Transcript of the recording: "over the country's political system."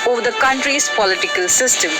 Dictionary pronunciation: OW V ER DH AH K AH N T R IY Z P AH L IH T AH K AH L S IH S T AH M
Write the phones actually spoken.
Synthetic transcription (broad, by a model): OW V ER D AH K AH N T R IY S P AH L IH T AH K AH L S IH S T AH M